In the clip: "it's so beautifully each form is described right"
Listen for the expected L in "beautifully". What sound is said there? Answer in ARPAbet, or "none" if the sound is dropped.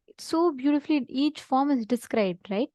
L